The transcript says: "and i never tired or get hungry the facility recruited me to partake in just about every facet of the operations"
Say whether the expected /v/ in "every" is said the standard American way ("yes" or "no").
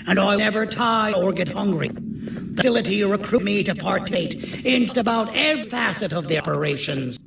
no